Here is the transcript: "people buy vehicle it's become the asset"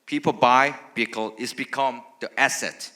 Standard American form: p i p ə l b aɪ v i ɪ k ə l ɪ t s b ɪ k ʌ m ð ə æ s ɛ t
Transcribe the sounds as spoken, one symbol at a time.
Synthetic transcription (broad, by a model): p i p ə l b aɪ b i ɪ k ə l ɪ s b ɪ k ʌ m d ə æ s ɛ t